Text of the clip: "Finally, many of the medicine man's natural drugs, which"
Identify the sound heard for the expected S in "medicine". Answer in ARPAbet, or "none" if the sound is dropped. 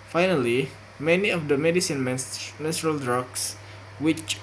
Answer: S